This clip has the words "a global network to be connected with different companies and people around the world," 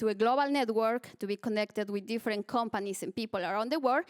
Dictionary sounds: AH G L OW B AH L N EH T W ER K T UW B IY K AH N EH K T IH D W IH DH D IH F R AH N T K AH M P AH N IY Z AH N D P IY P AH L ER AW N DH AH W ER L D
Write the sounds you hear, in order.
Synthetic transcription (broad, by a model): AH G L OW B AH L N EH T W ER K T UW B IY K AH N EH K T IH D W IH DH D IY F R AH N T K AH M P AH N IY S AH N P IY P AH L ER AW N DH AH W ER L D